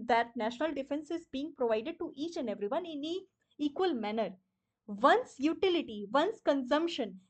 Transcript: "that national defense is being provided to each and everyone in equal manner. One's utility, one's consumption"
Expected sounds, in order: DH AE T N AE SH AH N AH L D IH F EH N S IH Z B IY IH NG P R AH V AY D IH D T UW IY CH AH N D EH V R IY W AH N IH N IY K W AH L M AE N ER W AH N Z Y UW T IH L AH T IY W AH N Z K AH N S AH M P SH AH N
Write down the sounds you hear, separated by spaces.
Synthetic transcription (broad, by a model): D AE T N AE SH AH N AH L D IH F EH N S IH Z B IY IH NG P R AH V AY D IH D T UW IY CH AH N D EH V R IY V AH N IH N IY K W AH L M AE N ER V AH N S Y UW T IH L AH T IY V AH N S K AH N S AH M P SH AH N